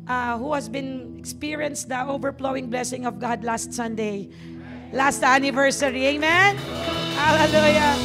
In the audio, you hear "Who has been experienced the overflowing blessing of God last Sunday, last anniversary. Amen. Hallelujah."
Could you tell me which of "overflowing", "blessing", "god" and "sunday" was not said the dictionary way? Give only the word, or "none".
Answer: overflowing